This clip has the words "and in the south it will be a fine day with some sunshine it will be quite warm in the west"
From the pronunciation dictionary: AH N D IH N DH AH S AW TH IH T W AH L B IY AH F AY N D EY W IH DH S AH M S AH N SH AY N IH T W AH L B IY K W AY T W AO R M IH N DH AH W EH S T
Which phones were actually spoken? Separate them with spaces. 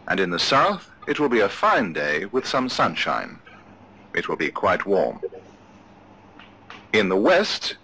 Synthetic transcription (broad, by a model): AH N IH N DH AH S AW TH IH T W AH L B IY AH F AY N D EY W IH DH S AH M S AH N SH AY N IH T W AH L B IY K W AY T W AO R M IH N DH AH W EH S T